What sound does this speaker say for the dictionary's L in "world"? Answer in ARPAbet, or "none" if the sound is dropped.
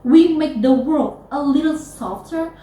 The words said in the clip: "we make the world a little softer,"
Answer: L